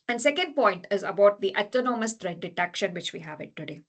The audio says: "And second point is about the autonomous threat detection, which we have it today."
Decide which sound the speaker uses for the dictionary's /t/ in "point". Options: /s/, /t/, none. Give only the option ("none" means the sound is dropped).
/t/